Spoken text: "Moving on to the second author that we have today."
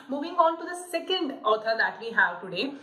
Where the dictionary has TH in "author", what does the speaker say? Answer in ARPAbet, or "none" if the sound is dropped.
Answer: T